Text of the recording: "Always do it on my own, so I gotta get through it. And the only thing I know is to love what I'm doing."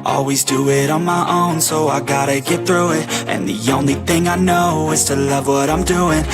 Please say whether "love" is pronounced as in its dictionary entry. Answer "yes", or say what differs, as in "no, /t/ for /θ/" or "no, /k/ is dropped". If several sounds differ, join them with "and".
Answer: yes